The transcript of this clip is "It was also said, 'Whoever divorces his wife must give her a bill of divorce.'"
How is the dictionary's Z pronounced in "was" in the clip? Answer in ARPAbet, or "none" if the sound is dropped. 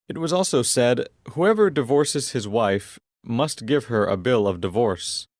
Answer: Z